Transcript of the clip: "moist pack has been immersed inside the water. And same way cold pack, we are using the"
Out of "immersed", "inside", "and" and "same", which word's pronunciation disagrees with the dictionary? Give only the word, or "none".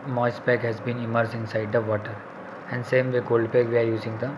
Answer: immersed